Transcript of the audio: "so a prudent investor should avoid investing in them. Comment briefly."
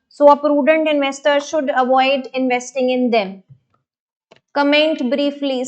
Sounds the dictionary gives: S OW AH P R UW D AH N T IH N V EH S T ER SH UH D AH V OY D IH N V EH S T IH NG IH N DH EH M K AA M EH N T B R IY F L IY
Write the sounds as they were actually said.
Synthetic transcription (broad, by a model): S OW AH P R UW D AH N T IH N V EH S T ER SH UH D AH V OY D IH N V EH S T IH NG IH N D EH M K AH M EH N T B R IY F L IY